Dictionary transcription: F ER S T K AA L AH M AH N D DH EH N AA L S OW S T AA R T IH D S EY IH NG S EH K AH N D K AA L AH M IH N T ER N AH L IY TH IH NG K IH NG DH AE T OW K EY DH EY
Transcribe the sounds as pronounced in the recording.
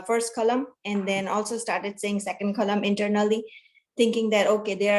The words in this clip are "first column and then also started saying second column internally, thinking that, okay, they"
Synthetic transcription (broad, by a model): F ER S T K AA L AH M AH N D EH N AA L S OW S T AA R T IH D S EY IH NG S EH K AH N D K AA L AH M IH N T ER N AH L IY T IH NG K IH NG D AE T OW K EY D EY